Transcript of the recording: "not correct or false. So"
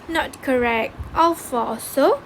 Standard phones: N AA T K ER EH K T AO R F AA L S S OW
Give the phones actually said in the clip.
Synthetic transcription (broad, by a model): N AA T K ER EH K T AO L F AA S S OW